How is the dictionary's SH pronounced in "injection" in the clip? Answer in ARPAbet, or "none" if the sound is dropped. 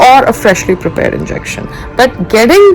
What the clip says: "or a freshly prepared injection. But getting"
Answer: SH